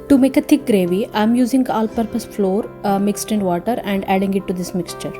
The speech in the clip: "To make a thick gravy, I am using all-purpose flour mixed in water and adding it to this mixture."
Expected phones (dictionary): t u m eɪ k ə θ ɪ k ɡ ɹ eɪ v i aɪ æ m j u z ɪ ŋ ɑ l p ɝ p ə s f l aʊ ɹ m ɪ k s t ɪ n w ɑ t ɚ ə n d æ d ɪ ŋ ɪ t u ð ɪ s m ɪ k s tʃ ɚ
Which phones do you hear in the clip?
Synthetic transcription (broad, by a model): t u m eɪ k ə t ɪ k ɡ ɹ eɪ v i aɪ m j u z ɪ ŋ ɑ l p ɝ p ə s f l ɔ ɹ m ɪ k s t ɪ n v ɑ t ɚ ə n d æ d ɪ ŋ ɪ t u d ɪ s m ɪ k s tʃ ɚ